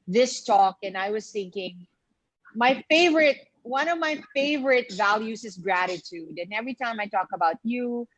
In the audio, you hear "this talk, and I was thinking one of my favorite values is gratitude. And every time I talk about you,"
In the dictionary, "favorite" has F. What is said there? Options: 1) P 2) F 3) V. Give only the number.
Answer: 2